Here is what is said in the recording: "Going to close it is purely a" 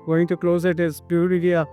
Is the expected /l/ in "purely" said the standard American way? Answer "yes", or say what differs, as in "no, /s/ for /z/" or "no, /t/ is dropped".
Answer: no, /l/ is dropped